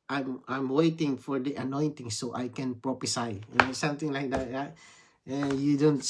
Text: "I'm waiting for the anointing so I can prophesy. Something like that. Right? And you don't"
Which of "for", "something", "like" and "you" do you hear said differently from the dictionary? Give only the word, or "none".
something